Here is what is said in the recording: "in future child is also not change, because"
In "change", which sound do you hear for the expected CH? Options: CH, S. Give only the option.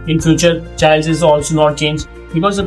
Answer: CH